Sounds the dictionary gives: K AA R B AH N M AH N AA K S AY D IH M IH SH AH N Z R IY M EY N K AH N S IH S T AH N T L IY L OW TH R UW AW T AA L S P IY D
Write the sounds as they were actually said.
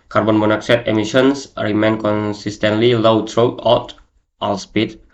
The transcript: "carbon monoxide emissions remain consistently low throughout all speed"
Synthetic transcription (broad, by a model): K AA R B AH N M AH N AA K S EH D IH M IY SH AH N S R IY M EY N K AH N S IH S T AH N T L IY L OW T R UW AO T AA L S P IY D